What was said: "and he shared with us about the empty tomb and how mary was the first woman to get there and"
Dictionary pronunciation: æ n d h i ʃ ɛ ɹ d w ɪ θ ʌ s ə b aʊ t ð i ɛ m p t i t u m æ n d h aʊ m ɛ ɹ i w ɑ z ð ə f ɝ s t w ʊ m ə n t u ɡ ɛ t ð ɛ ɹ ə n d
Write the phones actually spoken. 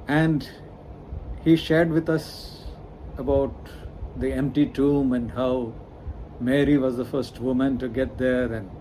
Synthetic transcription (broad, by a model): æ n d h i ʃ ɛ ɹ d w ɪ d ʌ s ə b aʊ t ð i ɛ m p t i t u m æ n d h aʊ m ɛ ɹ i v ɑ z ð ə f ɝ s t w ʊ m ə n t u ɡ ɛ t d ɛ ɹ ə n d